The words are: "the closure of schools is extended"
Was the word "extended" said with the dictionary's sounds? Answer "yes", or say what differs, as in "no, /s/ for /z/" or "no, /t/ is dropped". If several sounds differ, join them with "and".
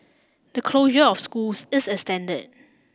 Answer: no, /k/ is dropped